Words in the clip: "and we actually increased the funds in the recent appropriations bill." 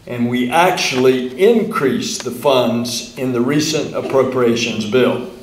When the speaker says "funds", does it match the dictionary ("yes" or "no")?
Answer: yes